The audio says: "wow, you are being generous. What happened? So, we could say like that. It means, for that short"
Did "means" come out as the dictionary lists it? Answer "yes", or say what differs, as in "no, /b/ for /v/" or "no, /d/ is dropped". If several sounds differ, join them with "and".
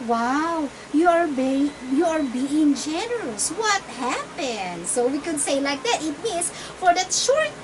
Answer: no, /s/ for /z/